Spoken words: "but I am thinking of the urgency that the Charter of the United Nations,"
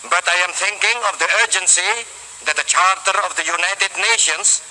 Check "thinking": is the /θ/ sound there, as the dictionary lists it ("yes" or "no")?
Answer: no